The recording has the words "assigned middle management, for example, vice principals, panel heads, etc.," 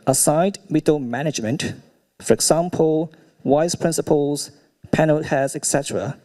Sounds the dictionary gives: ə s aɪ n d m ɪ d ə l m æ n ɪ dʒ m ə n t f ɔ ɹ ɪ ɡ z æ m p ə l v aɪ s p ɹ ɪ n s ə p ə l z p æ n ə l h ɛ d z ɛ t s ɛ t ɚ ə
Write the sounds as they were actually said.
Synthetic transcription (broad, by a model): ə s aɪ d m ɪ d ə m æ n ɪ dʒ m ə n t f ɔ ɹ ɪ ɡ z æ m p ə l w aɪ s p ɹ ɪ n s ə p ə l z p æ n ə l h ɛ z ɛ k s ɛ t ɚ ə